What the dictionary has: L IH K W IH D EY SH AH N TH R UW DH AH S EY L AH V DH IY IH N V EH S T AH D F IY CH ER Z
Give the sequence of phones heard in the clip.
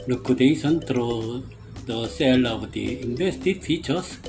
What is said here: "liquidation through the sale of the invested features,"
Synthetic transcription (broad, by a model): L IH K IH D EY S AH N T R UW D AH S EY L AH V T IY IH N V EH S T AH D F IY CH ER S